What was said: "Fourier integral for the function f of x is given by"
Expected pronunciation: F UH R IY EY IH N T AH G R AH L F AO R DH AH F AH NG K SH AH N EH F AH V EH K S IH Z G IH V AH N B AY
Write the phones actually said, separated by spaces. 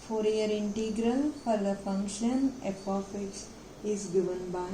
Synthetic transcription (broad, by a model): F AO R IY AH IH N T AH G R AH L F AO R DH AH F AH NG K SH AH N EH P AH F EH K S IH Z G IH V AH N B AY